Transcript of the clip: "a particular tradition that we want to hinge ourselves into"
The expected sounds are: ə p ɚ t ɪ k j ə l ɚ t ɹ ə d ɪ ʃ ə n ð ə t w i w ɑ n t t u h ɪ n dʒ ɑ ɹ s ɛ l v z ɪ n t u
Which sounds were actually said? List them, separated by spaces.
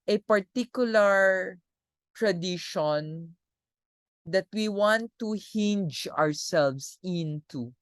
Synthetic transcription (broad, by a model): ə p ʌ t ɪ k j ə l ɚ t ɹ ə d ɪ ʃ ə n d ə t w i w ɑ n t t u h ɪ n dʒ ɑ ɹ s ɛ l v s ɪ n t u